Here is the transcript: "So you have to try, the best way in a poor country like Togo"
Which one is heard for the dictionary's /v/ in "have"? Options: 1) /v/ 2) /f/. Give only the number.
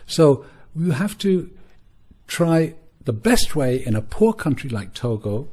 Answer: 2